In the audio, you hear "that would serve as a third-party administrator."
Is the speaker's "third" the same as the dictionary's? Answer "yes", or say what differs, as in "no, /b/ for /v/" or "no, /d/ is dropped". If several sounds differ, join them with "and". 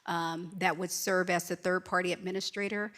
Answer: yes